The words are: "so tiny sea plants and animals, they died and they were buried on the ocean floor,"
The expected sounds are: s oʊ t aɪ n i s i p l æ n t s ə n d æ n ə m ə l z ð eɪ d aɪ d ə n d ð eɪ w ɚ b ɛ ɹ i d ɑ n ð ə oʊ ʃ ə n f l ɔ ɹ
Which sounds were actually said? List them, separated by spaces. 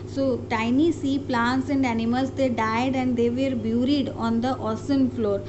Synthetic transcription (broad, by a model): s oʊ t aɪ n i s i p l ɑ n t s ə n d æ n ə m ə l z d eɪ d aɪ d ə n d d eɪ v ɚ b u ɹ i d ɑ n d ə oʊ s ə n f l ɔ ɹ